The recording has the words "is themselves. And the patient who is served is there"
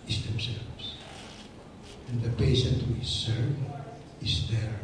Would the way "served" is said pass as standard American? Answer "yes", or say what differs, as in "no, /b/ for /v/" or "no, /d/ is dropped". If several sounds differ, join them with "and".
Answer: no, /d/ is dropped